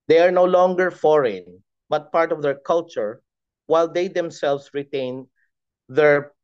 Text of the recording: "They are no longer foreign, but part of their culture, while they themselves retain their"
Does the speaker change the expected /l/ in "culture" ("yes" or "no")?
no